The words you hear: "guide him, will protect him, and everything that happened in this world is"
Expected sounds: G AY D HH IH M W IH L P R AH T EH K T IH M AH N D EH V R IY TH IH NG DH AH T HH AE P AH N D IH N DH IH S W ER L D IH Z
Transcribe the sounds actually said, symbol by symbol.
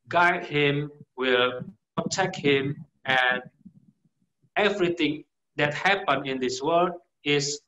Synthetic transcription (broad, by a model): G AY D HH IH M W IH L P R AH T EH K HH IH M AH N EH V R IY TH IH NG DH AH T HH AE P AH N IH N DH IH S W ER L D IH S